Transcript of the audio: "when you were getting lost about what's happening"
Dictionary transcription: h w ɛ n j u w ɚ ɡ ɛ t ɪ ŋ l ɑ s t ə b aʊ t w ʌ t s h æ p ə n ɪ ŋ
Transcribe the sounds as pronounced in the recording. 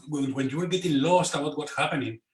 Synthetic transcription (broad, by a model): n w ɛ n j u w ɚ ɡ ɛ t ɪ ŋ l ɑ s t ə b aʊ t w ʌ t h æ p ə n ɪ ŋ